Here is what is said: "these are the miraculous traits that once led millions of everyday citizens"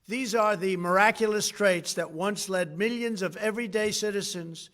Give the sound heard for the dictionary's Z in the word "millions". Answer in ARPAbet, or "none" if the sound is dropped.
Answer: Z